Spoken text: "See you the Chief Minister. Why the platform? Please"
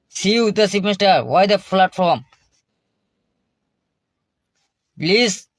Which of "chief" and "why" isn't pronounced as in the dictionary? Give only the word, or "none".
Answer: chief